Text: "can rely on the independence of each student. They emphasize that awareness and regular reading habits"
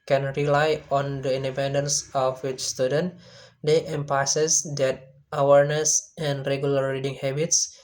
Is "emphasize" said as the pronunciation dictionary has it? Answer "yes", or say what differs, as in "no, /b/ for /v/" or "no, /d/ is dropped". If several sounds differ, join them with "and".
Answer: no, /p/ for /f/